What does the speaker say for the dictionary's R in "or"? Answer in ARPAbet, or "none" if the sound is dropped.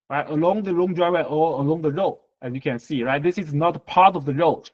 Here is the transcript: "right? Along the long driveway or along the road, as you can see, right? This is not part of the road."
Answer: L